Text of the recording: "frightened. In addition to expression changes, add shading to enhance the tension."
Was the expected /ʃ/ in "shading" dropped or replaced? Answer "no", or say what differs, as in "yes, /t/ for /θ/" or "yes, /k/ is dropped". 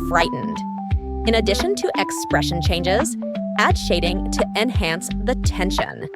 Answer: no